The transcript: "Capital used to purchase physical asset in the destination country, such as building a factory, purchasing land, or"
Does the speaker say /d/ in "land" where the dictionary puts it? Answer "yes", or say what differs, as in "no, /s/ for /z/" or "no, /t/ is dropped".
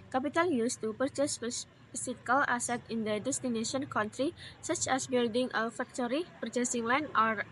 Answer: no, /d/ is dropped